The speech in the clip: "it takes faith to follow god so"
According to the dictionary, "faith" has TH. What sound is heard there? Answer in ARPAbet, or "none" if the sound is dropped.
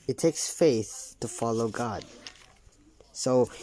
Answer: TH